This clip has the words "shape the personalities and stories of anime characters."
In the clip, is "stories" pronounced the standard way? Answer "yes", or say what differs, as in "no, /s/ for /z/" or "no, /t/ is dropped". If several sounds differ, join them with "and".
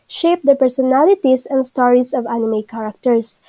no, /s/ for /z/